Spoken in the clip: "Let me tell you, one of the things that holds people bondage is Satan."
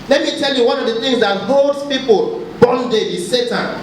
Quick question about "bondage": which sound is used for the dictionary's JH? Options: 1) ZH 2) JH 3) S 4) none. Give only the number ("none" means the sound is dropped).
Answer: 4